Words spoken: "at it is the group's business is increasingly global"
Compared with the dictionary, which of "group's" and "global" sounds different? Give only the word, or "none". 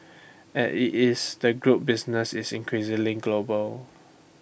group's